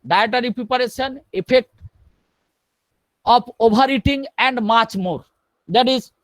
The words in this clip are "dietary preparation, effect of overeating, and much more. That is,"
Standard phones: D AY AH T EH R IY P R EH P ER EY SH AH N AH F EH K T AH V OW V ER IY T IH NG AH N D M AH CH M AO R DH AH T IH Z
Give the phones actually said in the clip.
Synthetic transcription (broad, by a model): D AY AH T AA R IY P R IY P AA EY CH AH N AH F EH K T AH P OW B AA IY T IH NG AH N D M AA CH M AO R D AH T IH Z